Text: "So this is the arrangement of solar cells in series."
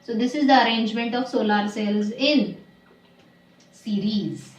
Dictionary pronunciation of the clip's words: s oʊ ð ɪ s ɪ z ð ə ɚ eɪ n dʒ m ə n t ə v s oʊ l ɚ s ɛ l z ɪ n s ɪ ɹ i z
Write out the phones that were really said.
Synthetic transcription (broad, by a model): s oʊ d ɪ s ɪ z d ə ɚ eɪ n dʒ m ə n t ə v s oʊ l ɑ s ɛ l z ɪ n s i ɹ i z